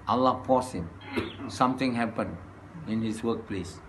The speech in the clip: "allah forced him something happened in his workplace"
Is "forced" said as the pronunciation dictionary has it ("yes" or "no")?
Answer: no